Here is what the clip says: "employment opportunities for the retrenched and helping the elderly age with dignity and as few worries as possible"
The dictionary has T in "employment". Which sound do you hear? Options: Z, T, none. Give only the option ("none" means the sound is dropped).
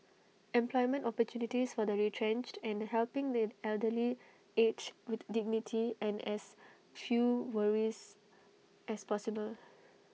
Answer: T